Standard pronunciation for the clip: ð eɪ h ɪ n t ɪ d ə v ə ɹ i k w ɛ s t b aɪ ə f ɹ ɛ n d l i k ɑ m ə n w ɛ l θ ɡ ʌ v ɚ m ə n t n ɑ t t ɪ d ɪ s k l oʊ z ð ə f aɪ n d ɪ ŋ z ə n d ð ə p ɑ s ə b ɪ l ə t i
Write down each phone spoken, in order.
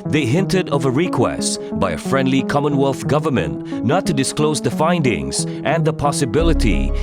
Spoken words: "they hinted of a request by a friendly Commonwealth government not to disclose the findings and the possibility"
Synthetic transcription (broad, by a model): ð eɪ h ɪ n t ɪ d ə v ə ɹ i k w ɛ s t b aɪ ə f ɹ ɛ n d l i k ɑ m ə n w ɛ l θ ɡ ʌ v ɚ m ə n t n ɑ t t ɪ d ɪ s k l oʊ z ð ə f aɪ n d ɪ ŋ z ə n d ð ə p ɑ s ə b ɪ l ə t i